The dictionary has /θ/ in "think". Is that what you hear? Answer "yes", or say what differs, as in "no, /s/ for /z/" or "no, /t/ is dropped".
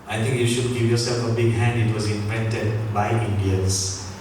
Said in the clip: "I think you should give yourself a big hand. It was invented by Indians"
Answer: no, /t/ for /θ/